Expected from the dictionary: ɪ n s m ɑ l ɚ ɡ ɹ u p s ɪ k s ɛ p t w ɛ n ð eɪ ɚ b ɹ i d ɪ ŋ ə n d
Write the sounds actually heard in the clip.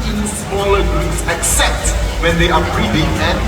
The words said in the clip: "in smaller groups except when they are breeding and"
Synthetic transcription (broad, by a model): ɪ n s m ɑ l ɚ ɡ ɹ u s ɪ k s ɛ p t w ɛ n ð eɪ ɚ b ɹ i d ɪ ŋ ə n